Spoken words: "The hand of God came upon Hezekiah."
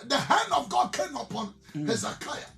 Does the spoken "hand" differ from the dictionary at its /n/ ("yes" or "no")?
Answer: no